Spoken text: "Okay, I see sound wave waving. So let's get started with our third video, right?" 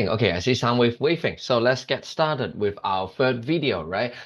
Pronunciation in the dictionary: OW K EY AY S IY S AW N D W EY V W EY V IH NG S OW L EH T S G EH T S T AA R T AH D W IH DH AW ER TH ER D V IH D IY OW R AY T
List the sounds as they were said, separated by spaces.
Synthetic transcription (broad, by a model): OW K EY AY S IY S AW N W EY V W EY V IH NG S OW L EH T S G EH T S T AA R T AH D W IH DH AW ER F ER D V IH D IY OW R AY T